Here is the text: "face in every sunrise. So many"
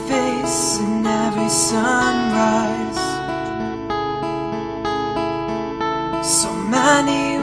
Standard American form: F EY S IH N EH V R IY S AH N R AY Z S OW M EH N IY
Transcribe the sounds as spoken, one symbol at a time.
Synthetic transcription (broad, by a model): F EY S IH N EH V R IY S AH N R AY Z S OW M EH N IY